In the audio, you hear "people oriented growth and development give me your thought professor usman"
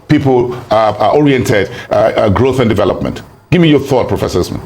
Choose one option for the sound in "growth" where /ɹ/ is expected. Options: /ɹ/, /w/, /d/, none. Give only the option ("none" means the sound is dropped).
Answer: /ɹ/